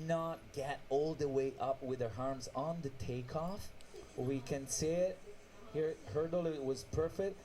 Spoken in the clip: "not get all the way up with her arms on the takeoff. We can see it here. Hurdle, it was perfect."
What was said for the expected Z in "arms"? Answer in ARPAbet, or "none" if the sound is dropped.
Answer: Z